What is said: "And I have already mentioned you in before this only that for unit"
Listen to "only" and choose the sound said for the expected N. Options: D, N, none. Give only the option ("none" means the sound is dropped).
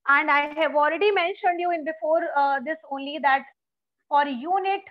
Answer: N